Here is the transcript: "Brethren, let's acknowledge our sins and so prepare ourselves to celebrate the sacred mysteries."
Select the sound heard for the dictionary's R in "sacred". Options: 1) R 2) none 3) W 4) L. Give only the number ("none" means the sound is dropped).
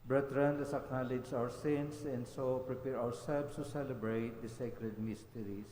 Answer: 1